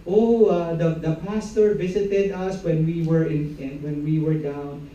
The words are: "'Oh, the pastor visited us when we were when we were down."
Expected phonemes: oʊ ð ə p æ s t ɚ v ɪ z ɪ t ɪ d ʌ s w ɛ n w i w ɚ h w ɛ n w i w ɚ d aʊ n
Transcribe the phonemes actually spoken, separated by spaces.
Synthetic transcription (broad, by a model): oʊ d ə p æ s t ɚ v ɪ s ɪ t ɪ d ʌ s w ɛ n w i w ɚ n w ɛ n w i w ɚ d aʊ n